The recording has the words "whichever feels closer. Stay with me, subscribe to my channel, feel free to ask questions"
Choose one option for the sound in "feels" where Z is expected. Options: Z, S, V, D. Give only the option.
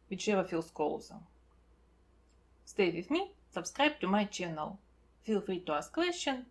S